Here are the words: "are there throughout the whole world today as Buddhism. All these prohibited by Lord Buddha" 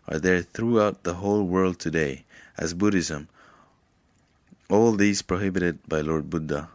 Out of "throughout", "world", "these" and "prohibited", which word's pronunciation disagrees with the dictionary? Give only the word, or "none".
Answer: none